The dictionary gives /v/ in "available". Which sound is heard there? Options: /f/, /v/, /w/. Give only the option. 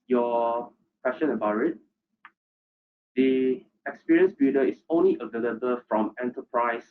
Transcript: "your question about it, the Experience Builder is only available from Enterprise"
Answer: /v/